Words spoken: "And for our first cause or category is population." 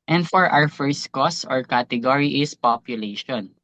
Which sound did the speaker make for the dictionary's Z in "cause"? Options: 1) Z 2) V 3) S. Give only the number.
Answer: 3